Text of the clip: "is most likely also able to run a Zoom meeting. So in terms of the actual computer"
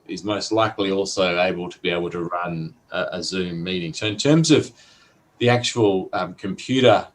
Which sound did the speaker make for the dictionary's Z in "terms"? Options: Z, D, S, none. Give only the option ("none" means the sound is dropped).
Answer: Z